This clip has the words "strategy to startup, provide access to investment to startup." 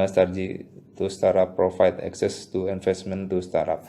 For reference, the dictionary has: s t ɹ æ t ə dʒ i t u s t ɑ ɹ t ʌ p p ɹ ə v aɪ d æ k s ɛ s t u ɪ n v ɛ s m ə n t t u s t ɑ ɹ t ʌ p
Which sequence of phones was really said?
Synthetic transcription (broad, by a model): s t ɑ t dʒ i t u s t ɑ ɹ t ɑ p p ɹ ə f aɪ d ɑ k s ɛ s t u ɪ n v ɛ s m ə n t t u s t ɑ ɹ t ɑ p